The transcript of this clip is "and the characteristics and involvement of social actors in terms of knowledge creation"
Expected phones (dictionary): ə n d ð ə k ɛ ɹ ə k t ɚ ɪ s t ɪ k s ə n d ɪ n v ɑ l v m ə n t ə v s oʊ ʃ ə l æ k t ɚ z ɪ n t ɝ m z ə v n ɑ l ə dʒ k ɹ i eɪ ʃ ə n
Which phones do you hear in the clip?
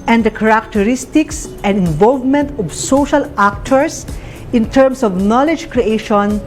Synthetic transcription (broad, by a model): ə n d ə k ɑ ɹ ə k t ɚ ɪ s t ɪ k s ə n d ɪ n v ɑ l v m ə n t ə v s oʊ ʃ ə l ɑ k t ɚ s ɪ n t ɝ m s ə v n ɑ l ə dʒ k ɹ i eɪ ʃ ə n